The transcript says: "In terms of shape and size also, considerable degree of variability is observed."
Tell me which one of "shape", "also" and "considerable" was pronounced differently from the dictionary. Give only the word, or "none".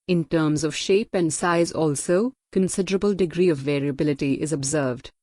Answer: none